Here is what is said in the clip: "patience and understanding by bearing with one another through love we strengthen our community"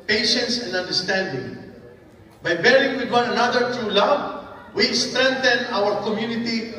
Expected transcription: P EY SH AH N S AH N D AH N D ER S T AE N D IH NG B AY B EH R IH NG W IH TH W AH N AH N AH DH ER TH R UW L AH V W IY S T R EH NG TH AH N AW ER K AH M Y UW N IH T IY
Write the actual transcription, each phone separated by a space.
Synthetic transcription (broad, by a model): P EY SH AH N S AH N D AH N D ER S T AE N D IH NG B AY B EH R IH NG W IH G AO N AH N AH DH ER T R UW L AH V W IY S T R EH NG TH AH N AW ER K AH M Y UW N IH T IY